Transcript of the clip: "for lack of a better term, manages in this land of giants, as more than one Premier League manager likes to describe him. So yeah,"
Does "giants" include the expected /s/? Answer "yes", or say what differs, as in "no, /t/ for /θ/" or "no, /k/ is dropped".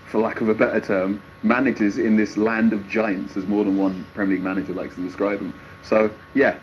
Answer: yes